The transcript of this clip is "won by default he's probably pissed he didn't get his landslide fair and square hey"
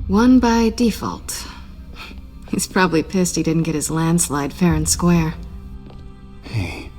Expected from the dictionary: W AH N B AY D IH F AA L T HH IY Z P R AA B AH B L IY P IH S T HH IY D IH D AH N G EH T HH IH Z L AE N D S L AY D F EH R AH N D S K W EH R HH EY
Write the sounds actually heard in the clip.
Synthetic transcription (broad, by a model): W AH N B AY D IH F AA L T HH IY Z P R AA B AH B L IY P IH S T HH IY D IH D N G EH T HH IH Z L AE N D S L AY D F EH R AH N S K W EH R HH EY